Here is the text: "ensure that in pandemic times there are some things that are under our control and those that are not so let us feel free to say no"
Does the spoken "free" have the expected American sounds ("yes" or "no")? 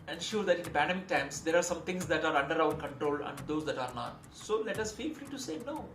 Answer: no